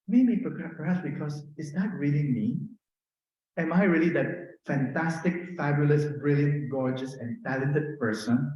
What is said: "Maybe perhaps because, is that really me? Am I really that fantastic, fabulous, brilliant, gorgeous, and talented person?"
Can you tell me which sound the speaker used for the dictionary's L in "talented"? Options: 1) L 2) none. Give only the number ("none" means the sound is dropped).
1